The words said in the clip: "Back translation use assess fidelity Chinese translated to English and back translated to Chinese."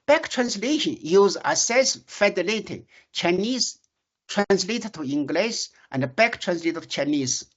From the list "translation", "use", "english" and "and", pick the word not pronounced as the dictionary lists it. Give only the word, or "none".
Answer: english